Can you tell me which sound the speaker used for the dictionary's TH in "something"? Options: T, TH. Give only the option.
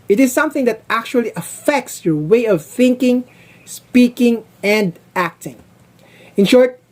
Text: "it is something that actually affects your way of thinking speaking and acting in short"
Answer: TH